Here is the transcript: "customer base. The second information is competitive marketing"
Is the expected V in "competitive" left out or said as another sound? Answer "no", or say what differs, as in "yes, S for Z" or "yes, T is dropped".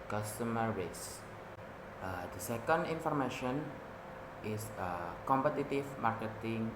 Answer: yes, F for V